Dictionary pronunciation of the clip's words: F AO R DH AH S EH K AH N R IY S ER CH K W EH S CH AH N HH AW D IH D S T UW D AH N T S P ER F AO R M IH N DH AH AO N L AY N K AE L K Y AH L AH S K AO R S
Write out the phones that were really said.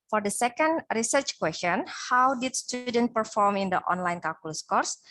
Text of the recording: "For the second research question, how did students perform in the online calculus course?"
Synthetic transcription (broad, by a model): F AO R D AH S EH K AH N R IY S ER CH K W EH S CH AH N HH AW D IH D S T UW D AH N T P ER F AO R M IH N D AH AO N L AY N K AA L K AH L S K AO R S